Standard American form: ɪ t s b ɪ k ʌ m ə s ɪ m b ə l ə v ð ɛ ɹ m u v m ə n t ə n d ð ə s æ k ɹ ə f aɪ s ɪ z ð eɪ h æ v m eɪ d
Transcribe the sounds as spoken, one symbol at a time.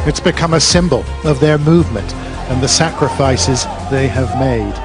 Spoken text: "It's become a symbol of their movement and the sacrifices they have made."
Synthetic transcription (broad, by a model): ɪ t s b ɪ k ʌ m ə s ɪ m b ə l ə v ð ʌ ɹ m u v m ə n t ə n ð ə s æ k ɹ ə f aɪ s ɪ z ð eɪ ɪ v m eɪ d